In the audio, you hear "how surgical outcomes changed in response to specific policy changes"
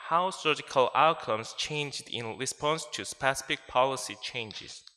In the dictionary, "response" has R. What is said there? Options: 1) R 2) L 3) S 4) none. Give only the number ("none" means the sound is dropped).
1